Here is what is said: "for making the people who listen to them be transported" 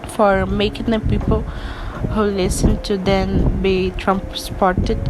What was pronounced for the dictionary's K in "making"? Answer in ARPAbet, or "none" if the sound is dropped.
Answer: K